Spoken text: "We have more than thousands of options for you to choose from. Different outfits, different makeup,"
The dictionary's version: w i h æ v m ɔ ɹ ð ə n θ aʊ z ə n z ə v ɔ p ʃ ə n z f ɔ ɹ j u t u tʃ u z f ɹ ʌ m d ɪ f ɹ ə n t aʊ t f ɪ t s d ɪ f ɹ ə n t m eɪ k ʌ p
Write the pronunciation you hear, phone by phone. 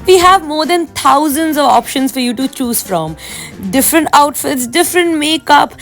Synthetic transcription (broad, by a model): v i h æ v m ɔ ɹ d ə n t aʊ z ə n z ə v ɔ p ʃ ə n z f ɔ ɹ j u t u tʃ u z f ɹ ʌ m d ɪ f ɹ ə n t aʊ t f ɪ t s d ɪ f ɹ ə n t m eɪ k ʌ p